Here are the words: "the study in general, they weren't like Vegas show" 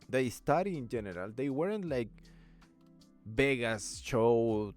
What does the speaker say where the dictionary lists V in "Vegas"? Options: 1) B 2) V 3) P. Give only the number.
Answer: 1